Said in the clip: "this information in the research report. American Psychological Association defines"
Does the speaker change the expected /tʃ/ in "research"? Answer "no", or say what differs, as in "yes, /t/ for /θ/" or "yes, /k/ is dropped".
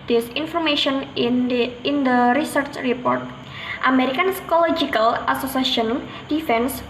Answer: no